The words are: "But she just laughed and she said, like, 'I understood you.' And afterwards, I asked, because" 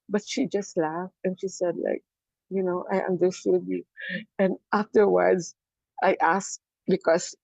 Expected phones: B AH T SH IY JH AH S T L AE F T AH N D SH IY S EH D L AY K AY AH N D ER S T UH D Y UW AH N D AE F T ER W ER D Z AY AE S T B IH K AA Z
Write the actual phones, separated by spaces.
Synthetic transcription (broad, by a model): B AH T SH IY JH AH S T L AE F T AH N SH IY S EH D L AY K AY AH N D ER S T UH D Y UW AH N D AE F T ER W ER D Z AY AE S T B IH K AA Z